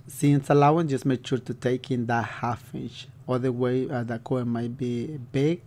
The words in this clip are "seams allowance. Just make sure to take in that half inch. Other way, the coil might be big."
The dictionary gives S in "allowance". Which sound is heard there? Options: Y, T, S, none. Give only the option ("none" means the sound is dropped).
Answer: none